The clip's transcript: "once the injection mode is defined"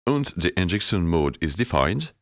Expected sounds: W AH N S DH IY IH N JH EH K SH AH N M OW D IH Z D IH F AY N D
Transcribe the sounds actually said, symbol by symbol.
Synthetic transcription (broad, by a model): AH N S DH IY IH N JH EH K S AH N M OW D IH Z D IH F AY N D